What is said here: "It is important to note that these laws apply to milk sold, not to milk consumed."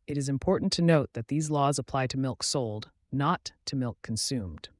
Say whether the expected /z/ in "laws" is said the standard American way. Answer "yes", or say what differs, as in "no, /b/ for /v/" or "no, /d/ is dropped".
yes